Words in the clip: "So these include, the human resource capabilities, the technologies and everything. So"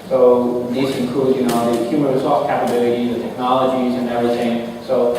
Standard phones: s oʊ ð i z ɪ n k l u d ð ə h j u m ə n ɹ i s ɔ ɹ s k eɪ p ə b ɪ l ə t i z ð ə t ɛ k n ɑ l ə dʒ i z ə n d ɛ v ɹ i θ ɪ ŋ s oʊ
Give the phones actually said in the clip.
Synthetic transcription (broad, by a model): s oʊ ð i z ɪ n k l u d ð ə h j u m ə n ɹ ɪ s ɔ l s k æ p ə b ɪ l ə t i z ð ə t ɛ k n ɑ l ə dʒ i z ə n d ɛ v ɹ i θ ɪ ŋ s oʊ